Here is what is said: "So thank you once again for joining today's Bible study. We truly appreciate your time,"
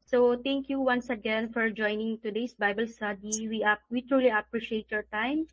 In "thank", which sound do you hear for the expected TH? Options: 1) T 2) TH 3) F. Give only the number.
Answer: 1